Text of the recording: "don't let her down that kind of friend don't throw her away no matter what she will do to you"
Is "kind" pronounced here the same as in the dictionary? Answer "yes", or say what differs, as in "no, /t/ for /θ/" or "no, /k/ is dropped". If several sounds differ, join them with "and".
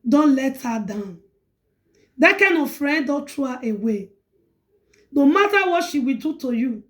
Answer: no, /d/ is dropped